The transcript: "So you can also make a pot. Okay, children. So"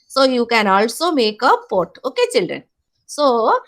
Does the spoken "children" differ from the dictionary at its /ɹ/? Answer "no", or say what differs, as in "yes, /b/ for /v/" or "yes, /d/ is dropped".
no